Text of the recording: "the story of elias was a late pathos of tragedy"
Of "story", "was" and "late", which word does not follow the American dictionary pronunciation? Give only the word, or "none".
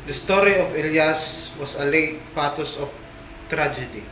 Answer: was